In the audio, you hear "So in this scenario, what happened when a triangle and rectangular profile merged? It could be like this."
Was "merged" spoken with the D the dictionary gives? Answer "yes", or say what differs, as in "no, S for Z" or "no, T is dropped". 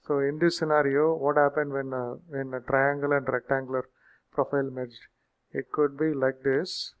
no, D is dropped